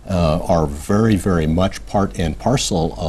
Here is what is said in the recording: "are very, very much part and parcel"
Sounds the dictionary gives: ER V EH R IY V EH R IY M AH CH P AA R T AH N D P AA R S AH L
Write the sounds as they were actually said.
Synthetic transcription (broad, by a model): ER V EH R IY V EH R IY M AH CH P AA R T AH N P AA R S L